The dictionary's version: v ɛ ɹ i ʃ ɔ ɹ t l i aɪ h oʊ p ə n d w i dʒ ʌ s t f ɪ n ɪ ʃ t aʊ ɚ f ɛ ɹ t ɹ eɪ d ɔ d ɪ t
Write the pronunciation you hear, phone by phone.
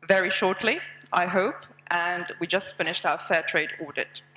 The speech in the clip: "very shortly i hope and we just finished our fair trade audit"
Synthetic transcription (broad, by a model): v ɛ ɹ i ʃ ɔ ɹ t l i aɪ h oʊ p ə n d w i dʒ ʌ s t f ɪ n ɪ ʃ t aʊ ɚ f ɛ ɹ t ɹ eɪ d ɔ d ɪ t